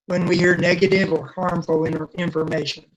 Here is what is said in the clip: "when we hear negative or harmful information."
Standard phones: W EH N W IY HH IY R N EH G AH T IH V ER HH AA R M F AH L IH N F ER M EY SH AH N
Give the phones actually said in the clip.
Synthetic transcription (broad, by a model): W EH N W IY HH IY R N EH G AH T IH V ER HH AA R M F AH N IH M F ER M EY SH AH N